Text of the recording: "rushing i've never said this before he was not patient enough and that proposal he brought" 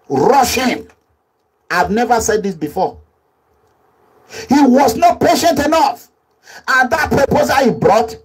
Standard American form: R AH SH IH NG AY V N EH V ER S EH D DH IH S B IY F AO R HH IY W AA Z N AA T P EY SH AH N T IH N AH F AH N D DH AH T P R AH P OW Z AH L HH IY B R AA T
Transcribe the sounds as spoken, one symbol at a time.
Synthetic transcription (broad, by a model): R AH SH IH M AY V N EH V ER S EH D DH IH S B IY F AO HH IY W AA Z N AA T P EY SH AH N T IH N AH F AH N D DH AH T P R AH P OW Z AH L HH IY B R AA T